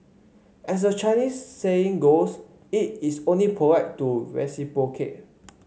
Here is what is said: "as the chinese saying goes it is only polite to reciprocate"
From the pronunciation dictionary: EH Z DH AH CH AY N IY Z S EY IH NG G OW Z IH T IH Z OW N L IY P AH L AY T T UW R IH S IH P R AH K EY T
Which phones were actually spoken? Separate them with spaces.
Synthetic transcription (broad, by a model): EH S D AH CH AY N IY S EY IH NG G OW S IH T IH S OW N L IY P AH W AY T T UW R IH S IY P AH K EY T